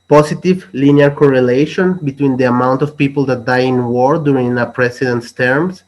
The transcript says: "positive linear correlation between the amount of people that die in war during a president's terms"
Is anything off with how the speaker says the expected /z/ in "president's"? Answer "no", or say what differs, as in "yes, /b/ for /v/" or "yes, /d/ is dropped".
yes, /s/ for /z/